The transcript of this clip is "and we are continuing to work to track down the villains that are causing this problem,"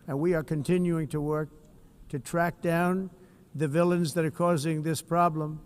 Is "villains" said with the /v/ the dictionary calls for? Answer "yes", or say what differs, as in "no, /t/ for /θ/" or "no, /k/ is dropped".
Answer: yes